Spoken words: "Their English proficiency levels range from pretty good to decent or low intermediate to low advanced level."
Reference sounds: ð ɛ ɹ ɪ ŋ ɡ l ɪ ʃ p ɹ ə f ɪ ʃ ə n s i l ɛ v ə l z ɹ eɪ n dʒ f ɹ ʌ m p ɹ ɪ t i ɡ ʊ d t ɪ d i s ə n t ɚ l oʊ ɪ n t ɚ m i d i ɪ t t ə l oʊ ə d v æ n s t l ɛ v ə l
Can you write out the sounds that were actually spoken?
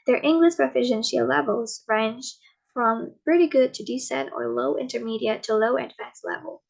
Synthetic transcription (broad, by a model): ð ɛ ɹ ɪ ŋ ɡ l ɪ ʃ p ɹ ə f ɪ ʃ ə n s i l ɛ v l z ɹ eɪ n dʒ f ɹ ʌ m p ɹ ɪ t i ɡ ʊ d t ɪ d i s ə t ɚ l oʊ ɪ n t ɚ m i d i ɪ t t ə l oʊ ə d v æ n s l ɛ v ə l